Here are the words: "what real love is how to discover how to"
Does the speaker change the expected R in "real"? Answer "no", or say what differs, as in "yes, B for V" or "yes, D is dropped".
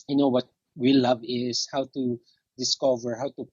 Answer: yes, W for R